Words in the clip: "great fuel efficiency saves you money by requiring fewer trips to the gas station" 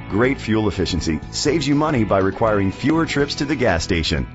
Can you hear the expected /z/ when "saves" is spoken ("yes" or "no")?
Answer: yes